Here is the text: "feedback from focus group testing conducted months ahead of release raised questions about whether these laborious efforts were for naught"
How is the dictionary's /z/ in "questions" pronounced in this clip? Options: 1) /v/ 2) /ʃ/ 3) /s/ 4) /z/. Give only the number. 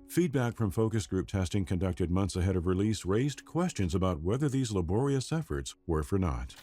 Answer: 4